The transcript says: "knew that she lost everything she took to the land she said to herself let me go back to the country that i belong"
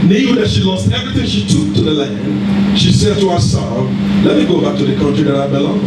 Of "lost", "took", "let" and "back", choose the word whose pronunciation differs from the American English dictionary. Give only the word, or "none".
none